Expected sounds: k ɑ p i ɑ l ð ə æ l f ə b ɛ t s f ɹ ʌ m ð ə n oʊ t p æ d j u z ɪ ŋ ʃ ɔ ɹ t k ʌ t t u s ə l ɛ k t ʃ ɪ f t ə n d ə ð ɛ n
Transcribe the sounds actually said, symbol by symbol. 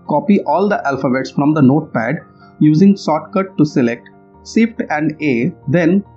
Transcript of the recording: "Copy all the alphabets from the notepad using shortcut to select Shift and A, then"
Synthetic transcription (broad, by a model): k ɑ p i ɑ l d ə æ l f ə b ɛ t s f ɹ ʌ m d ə n oʊ t p æ d j u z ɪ ŋ s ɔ t k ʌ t t u s ə l ɛ k t s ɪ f t ə n d ə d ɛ n